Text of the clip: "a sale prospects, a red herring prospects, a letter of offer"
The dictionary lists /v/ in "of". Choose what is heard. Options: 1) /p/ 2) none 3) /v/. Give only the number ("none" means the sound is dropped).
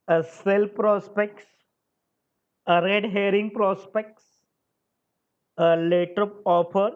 1